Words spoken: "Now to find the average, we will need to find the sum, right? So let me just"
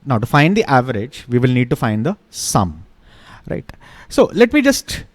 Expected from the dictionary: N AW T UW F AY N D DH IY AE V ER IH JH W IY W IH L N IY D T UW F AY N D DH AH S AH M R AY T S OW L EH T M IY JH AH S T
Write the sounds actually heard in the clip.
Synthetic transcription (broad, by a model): N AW T UW F AY N D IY AE V ER IH JH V IY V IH L N IY D T UW F AY N D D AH S AH M R AY T S OW L EH T M IY JH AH S T